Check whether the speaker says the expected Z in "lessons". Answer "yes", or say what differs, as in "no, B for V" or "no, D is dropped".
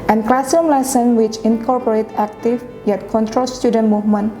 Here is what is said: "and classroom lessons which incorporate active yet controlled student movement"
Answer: no, Z is dropped